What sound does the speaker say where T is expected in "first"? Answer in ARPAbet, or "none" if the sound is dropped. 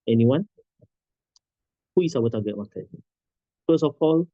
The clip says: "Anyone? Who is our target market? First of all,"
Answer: none